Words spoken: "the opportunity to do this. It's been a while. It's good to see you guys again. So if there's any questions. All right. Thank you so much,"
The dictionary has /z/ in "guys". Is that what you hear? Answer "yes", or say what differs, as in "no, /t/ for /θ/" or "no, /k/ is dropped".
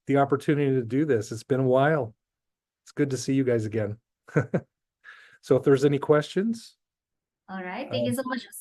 yes